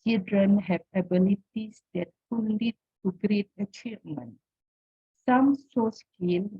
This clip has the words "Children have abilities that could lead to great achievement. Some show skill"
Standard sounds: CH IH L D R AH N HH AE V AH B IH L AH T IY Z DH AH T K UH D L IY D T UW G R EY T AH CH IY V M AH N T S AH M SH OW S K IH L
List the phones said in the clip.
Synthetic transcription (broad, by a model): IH L D R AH N HH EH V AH B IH L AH T IY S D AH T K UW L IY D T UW G R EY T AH CH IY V M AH N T S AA M S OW S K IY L